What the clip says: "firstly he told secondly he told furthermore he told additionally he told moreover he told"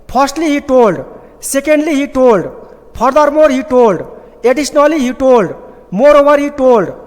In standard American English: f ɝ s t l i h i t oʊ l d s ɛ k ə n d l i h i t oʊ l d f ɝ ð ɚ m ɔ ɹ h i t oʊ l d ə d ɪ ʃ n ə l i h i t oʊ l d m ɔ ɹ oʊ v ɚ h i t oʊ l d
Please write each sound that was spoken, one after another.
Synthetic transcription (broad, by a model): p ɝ s t l i h i t oʊ l d s ɛ k ə n d l i h i t oʊ l d p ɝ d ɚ m ɔ ɹ h i t oʊ l d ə d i s n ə l i h i t oʊ l d m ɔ ɹ oʊ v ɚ h i t oʊ l d